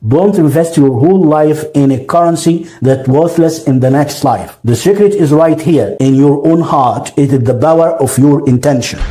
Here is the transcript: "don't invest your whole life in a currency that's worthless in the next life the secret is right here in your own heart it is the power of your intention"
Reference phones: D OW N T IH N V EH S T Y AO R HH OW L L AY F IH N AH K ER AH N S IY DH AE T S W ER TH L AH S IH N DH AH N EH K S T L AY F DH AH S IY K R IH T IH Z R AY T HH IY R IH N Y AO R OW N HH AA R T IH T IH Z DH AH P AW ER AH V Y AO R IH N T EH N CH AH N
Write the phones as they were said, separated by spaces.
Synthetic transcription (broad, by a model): D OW N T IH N V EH S T Y AO R HH OW L L AY F IH N AH K ER AH N S IY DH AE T W ER TH L AH S IH N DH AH N EH K S T L AY F DH AH S IY K R IH T IH Z R AY T HH IY R IH N Y AO R OW N HH AA R T IH T IH Z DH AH B AW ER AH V Y AO R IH N T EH N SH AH N